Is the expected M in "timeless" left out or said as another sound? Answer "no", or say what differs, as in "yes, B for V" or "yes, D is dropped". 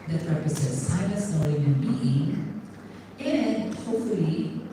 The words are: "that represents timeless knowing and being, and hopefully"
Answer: yes, M is dropped